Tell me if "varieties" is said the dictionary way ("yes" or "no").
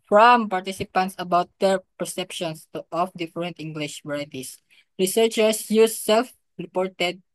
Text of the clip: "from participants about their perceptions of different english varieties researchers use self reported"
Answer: no